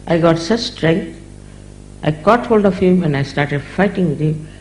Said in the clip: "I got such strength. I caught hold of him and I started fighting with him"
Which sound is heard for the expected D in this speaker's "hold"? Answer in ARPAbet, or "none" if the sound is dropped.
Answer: D